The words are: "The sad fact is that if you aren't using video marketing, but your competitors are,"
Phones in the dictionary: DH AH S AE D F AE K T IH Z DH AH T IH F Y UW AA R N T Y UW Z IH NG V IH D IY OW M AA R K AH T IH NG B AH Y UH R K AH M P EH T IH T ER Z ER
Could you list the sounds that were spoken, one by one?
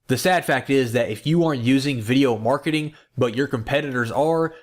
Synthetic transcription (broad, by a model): DH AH S AE D F AE K T IH Z DH AH T IH F Y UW AA R N T Y UW Z IH NG V IH D IY OW M AA R K AH T IH NG B AH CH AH R K AH M P EH T IH T ER Z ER